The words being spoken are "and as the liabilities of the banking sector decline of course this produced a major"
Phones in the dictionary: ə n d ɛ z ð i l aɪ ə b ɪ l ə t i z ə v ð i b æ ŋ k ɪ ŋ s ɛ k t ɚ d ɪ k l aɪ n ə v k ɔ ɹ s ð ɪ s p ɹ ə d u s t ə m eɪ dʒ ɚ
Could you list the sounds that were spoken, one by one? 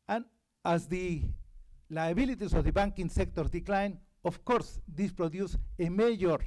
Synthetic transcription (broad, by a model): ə n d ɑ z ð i l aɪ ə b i l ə t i s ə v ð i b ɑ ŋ k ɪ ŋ s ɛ k t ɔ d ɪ k l aɪ n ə f k ɔ ɹ s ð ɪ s p ɹ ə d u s ə m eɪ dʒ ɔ